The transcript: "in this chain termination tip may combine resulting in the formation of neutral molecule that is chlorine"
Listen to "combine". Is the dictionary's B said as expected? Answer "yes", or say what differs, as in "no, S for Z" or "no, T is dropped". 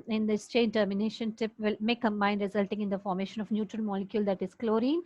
no, B is dropped